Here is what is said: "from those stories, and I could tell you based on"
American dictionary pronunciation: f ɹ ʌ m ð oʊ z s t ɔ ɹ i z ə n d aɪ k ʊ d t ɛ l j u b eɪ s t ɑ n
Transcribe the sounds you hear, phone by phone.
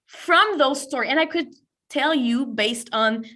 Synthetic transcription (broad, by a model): f ɹ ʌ m ð oʊ z s t ɔ ɹ i ə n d aɪ k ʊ d t ɛ l j u b eɪ s t n